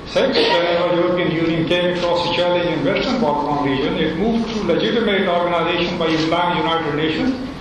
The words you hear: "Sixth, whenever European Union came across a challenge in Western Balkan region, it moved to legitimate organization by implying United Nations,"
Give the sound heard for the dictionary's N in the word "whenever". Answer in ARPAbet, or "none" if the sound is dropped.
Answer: none